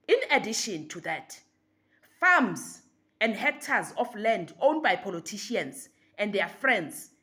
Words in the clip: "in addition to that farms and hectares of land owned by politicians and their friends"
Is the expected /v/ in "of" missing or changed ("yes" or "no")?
yes